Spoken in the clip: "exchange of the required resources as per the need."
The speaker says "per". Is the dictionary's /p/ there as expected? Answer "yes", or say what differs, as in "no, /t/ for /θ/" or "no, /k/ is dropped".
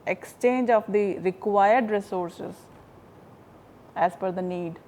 no, /f/ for /p/